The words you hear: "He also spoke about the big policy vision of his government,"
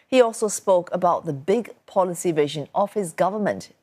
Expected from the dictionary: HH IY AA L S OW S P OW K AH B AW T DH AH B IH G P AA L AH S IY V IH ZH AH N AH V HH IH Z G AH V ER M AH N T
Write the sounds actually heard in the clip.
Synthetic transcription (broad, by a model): HH IY AA L S OW S P OW K AH B AW T DH AH B IH G P AA L AH S IY V IH ZH AH N AH V HH IH Z G AH V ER M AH N T